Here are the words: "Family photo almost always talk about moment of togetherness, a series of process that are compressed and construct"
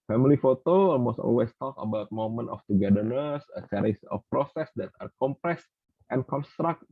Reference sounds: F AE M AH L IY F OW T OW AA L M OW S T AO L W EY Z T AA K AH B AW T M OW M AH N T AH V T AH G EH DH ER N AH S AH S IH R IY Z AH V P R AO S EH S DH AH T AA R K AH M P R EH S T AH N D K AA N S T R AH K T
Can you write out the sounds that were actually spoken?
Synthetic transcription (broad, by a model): F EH M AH L IY F OW T OW AA L M OW S T AO L W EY S T AA K AH B AW T M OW M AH N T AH F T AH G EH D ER N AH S AH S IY R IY S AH F P R AO S EH S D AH T AA R K AH M P R EH S T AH N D K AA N S T R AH K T